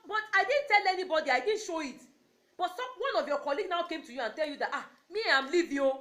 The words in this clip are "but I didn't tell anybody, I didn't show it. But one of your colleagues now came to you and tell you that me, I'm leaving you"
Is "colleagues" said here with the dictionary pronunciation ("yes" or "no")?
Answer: no